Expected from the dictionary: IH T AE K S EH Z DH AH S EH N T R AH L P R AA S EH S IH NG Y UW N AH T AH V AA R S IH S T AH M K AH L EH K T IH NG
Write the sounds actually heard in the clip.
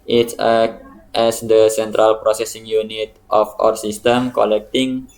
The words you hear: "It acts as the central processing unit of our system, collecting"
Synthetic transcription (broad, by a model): T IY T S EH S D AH S EH N T R AH L P R AA S EH S IH NG Y UW N AH T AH F AA R S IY S T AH M K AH L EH K T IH NG